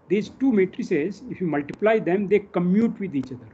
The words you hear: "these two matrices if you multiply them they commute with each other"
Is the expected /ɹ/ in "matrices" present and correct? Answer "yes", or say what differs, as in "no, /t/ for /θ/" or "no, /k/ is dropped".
yes